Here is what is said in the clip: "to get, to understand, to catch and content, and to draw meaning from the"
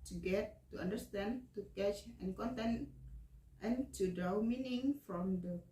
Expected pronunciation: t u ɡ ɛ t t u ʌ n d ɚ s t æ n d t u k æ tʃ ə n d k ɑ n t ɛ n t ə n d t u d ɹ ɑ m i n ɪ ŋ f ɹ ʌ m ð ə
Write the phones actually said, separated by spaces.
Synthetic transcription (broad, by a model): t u ɡ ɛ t t u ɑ n d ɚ s t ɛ n t u k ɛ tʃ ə n k ɑ n t ɛ n t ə n t u d ɑ m i n ɪ ŋ f ɹ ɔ m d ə